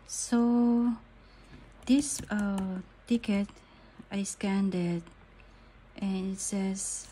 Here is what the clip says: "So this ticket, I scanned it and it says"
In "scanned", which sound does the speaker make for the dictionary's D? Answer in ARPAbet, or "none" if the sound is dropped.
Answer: D